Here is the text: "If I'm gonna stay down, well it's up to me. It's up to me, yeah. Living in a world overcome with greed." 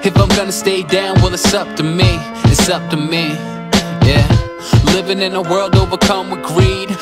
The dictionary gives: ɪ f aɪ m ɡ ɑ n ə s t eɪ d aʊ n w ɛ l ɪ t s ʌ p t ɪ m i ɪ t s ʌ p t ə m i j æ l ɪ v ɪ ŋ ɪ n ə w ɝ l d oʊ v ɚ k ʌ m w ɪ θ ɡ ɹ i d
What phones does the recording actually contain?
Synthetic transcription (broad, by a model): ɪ f aɪ m ɡ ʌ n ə s t eɪ d aʊ n w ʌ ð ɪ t s ʌ p t ɪ m i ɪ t s ʌ p t ə m i j æ l ɪ v ɪ ŋ ɪ n ə w ɝ l d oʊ b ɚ k ʌ m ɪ ɡ ɹ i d